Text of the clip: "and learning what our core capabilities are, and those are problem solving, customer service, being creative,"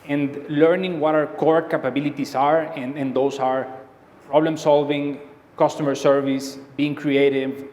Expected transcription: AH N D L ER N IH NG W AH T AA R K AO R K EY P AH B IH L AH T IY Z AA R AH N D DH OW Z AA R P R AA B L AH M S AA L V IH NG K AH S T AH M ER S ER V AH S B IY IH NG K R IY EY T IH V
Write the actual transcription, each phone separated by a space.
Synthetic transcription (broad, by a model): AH N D L ER N IH NG W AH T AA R K AO R K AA P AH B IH L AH T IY S AA R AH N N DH OW S AA R P R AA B L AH M S AA L V IH NG K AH S T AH M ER S ER V AH S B IY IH NG K R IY EY T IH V